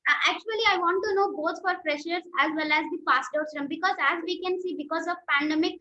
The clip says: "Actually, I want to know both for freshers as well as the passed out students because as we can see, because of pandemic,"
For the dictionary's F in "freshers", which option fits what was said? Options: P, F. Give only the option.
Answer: P